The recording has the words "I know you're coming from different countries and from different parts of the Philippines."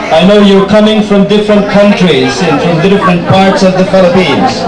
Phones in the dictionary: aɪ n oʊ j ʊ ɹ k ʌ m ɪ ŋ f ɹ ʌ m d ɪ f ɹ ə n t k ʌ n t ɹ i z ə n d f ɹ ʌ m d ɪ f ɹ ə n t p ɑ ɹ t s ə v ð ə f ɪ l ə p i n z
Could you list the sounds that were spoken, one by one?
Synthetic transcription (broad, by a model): aɪ n oʊ j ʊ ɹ k ʌ m ɪ ŋ f ɹ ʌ m d ɪ f ɹ ə n t k ʌ n t ɹ i z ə n f ɹ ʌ m d ɪ f ɹ ə n t p ɑ ɹ t s ə v ð ə f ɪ l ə p i n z